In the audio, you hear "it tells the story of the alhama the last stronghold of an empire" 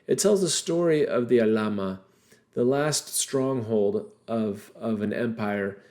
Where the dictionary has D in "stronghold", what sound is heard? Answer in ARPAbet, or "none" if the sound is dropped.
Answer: D